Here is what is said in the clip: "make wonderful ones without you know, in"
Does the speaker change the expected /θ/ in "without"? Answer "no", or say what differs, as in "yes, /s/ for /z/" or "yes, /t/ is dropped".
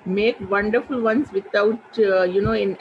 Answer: yes, /t/ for /θ/